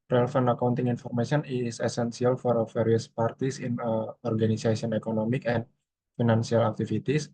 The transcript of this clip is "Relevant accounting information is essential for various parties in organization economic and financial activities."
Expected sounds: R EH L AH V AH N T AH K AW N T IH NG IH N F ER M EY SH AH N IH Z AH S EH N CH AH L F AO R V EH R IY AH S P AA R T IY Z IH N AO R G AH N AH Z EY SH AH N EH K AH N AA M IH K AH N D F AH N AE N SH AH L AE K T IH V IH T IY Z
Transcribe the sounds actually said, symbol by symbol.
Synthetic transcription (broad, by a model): R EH L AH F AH N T AH K AW N T IH NG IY N F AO M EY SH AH N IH S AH S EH N S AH L F AO R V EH R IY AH S P AA R T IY S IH N AO R G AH N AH S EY S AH N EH K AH N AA M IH K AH N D F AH N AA N S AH L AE K T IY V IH T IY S